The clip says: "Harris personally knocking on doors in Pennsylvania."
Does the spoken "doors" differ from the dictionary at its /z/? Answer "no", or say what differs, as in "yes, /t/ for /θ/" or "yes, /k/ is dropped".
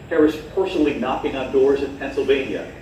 no